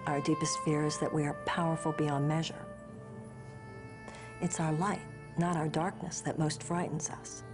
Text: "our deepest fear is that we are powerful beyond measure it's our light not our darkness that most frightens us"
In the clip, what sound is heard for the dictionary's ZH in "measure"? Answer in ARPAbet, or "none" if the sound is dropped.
ZH